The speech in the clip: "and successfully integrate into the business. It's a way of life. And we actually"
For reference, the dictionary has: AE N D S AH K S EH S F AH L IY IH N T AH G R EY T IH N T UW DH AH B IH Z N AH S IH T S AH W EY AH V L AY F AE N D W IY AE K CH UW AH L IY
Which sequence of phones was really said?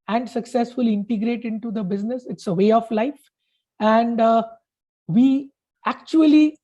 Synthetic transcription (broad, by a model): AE N D S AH K S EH S F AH L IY IH N T AH G R EY T IH N T UW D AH B IH Z N AH S IH T S AH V EY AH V L AY F AE N D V IY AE K CH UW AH L IY